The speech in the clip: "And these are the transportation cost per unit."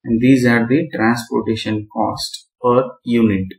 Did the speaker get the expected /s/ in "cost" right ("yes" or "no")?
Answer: yes